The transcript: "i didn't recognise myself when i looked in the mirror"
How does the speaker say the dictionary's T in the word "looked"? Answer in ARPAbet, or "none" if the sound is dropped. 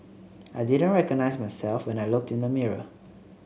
T